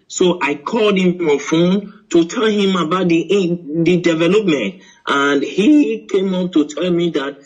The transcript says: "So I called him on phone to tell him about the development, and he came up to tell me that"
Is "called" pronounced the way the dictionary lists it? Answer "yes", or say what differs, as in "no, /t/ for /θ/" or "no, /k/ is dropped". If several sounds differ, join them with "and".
yes